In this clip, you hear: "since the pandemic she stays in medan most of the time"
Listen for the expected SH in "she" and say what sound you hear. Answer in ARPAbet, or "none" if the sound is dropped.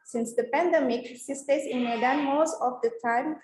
S